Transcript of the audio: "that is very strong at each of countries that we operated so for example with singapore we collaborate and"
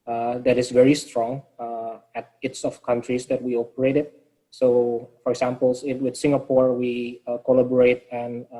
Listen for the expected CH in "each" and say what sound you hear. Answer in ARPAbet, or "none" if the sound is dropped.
S